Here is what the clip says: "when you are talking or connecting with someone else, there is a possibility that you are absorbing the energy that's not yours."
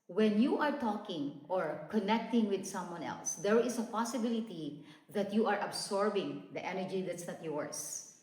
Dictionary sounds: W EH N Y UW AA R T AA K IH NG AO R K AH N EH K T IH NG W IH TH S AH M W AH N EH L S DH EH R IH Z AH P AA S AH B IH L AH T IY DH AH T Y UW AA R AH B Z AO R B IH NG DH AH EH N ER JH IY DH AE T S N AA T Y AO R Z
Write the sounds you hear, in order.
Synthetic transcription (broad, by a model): W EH N Y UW AA R T AA K IH NG AO R K AH N EH K T IH NG W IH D S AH M W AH N EH L S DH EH R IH S AH P AA S AH B IH L AH T IY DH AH T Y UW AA R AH B S AO R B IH NG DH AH EH N ER JH IY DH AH T S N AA T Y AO R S